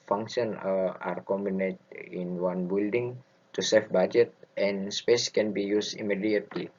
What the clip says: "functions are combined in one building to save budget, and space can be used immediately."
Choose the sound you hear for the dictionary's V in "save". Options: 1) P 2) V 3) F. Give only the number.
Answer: 3